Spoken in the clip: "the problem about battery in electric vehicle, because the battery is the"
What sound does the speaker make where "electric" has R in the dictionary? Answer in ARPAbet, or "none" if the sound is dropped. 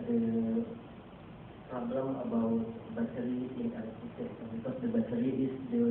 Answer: none